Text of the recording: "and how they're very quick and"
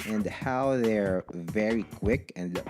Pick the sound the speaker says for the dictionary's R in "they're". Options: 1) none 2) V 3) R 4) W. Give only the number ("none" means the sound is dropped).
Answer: 3